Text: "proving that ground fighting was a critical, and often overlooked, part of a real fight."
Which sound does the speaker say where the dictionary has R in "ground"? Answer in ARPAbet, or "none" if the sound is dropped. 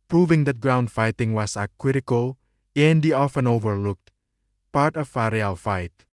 R